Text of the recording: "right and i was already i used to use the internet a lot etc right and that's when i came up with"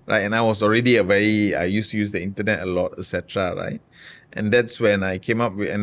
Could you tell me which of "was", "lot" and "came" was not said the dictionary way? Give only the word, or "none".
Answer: was